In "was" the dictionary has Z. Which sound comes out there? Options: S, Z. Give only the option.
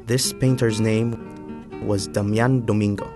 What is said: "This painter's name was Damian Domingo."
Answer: Z